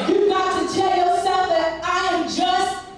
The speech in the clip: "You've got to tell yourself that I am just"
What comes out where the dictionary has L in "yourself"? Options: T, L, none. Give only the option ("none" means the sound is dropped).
none